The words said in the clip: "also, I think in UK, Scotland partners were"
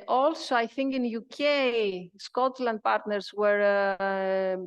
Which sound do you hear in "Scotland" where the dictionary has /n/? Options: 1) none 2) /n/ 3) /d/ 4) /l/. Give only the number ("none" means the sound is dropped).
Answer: 2